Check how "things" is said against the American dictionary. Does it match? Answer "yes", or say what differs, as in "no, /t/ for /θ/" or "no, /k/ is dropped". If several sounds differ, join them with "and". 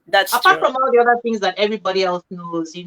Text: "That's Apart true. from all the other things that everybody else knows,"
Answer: yes